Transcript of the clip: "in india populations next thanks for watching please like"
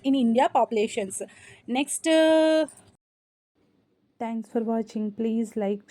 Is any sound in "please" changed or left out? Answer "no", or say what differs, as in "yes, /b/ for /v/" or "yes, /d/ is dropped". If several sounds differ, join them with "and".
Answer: no